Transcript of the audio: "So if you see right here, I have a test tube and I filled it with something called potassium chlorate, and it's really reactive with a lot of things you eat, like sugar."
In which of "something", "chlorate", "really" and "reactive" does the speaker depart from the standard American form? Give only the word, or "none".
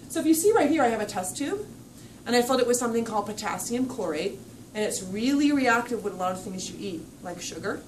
none